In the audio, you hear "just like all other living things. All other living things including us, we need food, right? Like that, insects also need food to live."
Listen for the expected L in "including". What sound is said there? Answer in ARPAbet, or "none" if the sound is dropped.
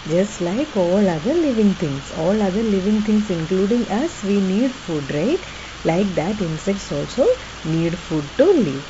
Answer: L